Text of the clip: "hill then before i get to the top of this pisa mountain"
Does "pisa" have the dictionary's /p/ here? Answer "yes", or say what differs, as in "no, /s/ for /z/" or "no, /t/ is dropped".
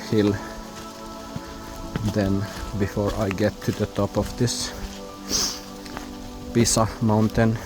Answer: no, /b/ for /p/